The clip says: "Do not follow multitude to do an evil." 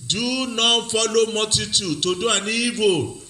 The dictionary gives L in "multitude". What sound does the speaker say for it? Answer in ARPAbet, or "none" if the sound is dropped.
none